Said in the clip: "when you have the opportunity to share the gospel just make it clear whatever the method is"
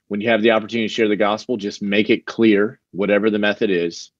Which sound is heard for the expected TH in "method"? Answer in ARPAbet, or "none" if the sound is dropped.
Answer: TH